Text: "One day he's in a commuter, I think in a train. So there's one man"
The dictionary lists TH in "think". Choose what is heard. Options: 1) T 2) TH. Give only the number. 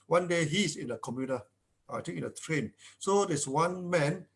1